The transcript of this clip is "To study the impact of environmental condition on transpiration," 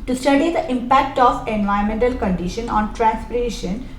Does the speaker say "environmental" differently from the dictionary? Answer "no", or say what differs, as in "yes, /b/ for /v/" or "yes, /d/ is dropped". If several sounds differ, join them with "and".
yes, /ɹ/ is dropped